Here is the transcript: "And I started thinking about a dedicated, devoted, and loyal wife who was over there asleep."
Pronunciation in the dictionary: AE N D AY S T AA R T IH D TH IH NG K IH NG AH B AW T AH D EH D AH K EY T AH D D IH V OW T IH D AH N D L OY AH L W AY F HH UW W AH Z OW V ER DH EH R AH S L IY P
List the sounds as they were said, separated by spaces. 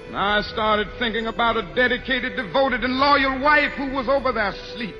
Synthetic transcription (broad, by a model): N AY S T AA R T IH D TH IH NG K IH NG AH B AW T AH D EH D AH K EY T AH D D IH V OW T IH D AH N L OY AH L W AY F HH UW W AH Z OW V ER DH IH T S L IY P